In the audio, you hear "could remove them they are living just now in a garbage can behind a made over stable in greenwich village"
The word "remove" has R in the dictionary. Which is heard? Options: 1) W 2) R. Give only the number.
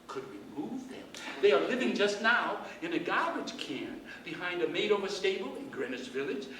1